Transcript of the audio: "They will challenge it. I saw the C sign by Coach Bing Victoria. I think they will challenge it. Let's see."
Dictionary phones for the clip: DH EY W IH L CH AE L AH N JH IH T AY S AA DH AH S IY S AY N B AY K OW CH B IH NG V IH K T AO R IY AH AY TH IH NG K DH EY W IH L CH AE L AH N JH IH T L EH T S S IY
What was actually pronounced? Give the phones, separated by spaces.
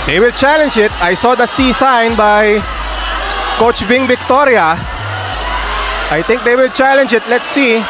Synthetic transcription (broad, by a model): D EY W IH L CH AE L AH N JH IH T AY S AA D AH S IY S AY N B AY K OW CH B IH NG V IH K T AO R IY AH AY T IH NG K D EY W IH L CH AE L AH N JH IH T L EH T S S IY